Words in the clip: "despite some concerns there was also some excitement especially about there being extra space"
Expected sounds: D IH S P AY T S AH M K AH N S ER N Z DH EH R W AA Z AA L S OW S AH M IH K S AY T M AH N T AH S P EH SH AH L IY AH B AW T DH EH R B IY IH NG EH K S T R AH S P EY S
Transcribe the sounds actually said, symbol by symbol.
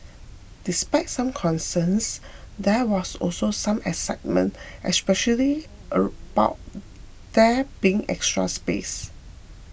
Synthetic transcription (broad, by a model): D IH S P AY T S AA M K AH N S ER N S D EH W AA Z AA L S OW S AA M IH S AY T M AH N T AH S P EH SH AH L IY AH B AW T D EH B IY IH NG EH K S T R AH S P EY S